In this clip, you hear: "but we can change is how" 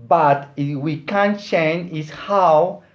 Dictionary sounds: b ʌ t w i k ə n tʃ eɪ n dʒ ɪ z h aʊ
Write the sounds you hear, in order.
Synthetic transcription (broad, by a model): b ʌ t w i k ə n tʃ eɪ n ɪ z h aʊ